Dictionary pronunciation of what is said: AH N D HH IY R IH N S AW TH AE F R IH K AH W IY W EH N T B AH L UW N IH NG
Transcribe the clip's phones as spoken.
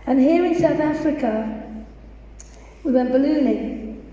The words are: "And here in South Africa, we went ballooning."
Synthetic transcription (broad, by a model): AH N HH IY R IH N S AW TH AE F R IH K AH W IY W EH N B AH L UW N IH